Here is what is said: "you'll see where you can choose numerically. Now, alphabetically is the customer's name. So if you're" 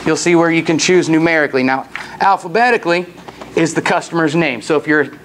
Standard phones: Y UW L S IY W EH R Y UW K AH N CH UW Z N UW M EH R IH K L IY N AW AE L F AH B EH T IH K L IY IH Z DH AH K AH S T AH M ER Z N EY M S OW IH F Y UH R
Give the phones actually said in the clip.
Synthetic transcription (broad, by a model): Y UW L S IY W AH R Y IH K AH N CH UW Z N UW M EH R IH K L IY N AW AE L F AH B EH T IH K L IY IH Z DH AH K AH S T AH M ER Z N EY M S OW IH F Y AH R